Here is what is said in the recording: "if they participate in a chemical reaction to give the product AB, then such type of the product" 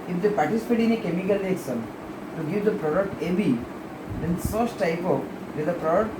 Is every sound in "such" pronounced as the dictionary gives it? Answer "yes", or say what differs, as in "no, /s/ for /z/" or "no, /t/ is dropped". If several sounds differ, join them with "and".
no, /s/ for /tʃ/